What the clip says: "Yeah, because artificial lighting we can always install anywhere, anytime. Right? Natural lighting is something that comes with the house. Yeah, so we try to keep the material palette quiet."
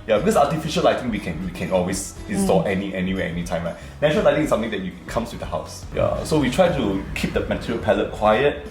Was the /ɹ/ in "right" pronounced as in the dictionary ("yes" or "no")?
no